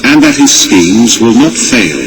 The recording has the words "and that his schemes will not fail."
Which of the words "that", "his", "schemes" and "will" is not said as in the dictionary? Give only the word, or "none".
none